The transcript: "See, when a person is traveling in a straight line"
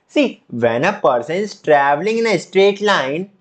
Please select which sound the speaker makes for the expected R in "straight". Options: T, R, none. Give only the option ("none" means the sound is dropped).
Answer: R